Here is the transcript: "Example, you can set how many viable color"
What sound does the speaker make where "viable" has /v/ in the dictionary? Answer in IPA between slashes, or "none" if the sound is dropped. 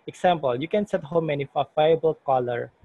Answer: /f/